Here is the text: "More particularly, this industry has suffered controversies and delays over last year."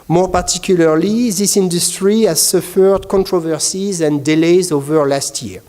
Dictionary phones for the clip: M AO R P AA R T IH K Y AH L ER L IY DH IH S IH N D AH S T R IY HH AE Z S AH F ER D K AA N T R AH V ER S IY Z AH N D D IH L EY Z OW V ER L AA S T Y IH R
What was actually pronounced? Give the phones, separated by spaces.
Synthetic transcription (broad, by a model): M AO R P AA R T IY K Y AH L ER L IY DH IH S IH N D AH S T R IY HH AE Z S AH F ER D K AA N T R AH V ER S IY Z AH N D D IH L EY Z OW V ER L AA S T Y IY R